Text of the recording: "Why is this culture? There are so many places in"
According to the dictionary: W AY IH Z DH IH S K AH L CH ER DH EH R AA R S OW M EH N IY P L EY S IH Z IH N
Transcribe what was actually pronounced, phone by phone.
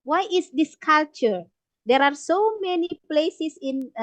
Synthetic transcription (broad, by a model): W AY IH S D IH S K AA L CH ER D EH R AA R S OW M EH N IY P L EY S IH S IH N